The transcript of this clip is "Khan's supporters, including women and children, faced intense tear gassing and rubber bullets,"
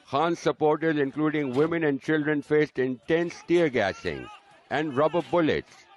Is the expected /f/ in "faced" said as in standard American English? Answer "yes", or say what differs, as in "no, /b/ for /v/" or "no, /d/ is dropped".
yes